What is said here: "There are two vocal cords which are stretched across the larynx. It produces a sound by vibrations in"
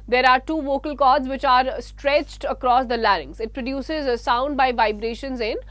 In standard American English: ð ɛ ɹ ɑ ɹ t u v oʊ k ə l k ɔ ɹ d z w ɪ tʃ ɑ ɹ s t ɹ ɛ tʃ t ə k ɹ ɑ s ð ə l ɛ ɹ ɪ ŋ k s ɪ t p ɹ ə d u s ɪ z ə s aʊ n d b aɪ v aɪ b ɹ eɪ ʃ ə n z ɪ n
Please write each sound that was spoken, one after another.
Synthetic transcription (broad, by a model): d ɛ ɹ ɑ ɹ t u v oʊ k ə l k ɔ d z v ɪ tʃ ɑ ɹ s t ɹ ɛ tʃ t ə k ɹ ɑ s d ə l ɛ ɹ ɪ ŋ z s ɪ t p ɹ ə d u s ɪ z ə s aʊ n d b aɪ v aɪ b ɹ eɪ ʃ ə n z ɪ n